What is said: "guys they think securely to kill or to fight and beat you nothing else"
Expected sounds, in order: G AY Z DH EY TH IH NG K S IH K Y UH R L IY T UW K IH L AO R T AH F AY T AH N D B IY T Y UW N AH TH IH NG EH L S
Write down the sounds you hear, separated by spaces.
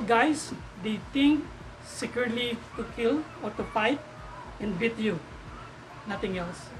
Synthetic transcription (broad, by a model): G AY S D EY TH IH NG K S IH K Y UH R L IY T UW K IH L AO R T AH P AY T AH N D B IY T Y UW N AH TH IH NG EH L S